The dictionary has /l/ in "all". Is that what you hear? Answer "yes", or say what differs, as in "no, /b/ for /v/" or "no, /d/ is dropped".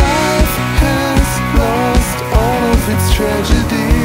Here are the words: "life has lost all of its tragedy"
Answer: yes